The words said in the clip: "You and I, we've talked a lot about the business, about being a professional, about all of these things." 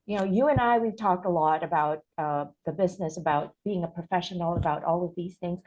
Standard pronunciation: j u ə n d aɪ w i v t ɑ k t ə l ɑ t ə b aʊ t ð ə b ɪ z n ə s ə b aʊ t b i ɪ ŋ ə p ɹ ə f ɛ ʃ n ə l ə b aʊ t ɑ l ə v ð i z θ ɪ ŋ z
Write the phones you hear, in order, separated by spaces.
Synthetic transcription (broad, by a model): j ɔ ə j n aɪ w i v t ɑ k t ə l ɑ t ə b aʊ t ð ə b ɪ z n ə s ə b aʊ t b i ɪ ŋ ə p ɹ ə f ɛ ʃ n l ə b aʊ t ɑ l ə v ð i z θ ɪ ŋ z